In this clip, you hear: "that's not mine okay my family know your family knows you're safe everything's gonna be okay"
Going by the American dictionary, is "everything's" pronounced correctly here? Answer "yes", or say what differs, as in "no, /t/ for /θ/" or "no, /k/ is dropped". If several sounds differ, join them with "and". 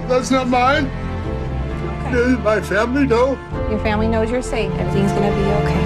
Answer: no, /v/ is dropped